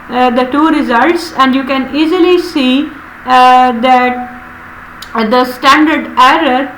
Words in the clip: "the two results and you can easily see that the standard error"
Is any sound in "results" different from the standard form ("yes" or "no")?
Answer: no